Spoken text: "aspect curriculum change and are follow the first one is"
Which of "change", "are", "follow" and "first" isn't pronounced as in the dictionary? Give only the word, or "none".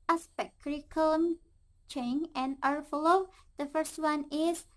change